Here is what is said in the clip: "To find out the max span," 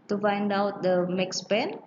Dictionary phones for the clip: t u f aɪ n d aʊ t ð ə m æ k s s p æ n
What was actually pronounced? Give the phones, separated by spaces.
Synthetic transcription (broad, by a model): t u f aɪ n d aʊ t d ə m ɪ k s s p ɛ n